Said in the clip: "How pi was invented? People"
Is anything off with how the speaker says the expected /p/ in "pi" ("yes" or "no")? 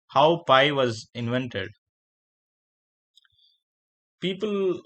no